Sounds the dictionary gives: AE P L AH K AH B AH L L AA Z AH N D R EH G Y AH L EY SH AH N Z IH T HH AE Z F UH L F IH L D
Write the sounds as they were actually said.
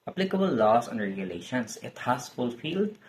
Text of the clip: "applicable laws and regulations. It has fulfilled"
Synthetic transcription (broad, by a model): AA P L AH K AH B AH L L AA S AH N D R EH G Y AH L EY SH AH N S IH T HH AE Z F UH L F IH L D